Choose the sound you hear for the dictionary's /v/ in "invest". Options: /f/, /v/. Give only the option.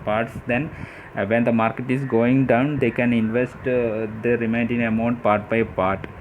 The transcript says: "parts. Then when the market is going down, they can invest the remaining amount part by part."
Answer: /v/